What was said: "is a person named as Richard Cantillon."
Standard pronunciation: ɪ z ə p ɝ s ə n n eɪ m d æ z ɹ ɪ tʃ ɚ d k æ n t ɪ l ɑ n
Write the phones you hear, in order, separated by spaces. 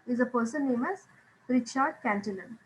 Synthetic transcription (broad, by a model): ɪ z ə p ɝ s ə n n eɪ m æ z ɹ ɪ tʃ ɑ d k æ n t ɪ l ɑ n